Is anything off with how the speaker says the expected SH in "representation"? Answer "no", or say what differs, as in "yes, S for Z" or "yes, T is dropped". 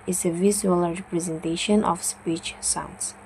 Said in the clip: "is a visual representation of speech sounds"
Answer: no